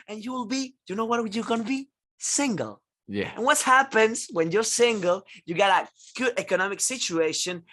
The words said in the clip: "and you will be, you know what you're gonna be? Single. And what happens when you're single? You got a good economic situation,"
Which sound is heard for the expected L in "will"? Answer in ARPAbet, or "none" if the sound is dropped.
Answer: L